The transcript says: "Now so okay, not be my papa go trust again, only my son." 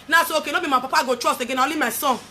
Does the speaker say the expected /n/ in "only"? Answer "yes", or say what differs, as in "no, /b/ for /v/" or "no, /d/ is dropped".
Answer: no, /n/ is dropped